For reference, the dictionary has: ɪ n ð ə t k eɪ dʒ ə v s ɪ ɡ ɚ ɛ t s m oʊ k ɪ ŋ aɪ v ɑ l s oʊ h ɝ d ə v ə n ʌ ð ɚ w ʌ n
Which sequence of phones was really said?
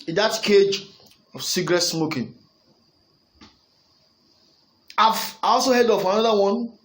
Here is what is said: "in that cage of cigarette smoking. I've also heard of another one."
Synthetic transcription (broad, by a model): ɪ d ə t k eɪ dʒ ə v s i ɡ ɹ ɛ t s m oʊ k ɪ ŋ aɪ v ɑ l s oʊ h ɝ d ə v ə n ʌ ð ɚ w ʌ n